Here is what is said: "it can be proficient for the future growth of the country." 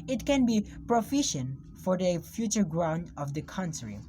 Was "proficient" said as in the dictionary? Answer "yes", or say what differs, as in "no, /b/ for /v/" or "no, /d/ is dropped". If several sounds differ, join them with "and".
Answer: yes